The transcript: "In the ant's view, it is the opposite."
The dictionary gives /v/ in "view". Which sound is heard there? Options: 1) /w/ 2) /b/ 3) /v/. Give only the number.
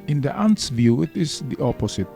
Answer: 3